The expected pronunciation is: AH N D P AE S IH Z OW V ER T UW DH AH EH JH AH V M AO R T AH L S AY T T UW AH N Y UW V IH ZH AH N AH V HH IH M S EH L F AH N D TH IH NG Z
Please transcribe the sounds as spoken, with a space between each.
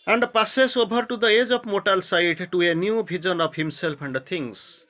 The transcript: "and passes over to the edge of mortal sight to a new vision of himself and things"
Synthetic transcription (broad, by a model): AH N D P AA S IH S OW B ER T UW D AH EH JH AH P M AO T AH L S AY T T UW AH N Y UW B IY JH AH N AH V HH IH M S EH L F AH N D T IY NG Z